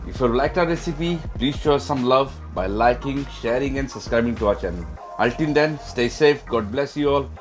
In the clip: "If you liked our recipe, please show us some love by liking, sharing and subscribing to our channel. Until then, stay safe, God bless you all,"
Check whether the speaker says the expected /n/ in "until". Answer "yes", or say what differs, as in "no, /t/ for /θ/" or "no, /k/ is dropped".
no, /l/ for /n/